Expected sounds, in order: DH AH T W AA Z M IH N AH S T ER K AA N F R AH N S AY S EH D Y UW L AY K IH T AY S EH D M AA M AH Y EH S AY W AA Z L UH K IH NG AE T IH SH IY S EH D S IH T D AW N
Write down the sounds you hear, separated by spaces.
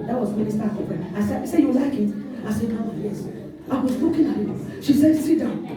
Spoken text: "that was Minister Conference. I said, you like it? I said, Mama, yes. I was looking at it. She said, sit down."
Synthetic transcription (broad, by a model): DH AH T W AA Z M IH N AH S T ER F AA F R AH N AY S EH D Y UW L AY K IH T AY S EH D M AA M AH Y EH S AY W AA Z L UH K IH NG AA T IH SH IY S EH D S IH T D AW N